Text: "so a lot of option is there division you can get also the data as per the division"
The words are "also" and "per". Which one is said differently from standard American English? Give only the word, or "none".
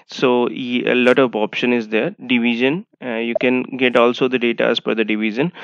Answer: per